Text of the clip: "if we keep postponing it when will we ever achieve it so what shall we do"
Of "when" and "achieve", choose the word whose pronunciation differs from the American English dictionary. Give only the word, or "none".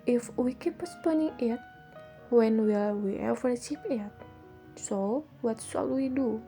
achieve